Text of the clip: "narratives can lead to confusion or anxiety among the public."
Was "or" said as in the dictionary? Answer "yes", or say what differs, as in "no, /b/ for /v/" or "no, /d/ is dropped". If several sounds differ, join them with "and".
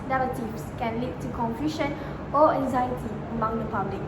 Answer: no, /l/ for /ɹ/